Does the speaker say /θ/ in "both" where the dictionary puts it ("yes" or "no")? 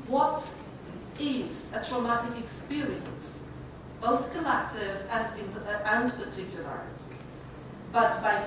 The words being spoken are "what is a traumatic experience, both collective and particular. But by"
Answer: yes